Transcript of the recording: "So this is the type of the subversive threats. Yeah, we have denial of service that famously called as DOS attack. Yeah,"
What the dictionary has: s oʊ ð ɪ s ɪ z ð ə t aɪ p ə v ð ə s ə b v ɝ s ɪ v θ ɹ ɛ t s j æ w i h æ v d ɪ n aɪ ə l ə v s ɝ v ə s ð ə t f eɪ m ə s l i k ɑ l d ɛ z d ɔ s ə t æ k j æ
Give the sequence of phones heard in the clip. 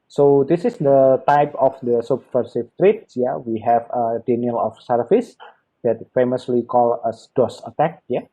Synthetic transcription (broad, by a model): s oʊ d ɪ s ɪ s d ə t aɪ p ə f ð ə s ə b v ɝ s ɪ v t ɹ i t s j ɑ w i h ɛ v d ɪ n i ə l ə f s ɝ f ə s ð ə t f eɪ m ə s l i k ɑ l ʌ s d ɔ s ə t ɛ k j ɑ